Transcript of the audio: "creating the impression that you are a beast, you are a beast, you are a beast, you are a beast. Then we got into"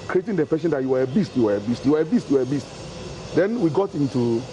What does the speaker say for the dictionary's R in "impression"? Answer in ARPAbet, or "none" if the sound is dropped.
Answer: none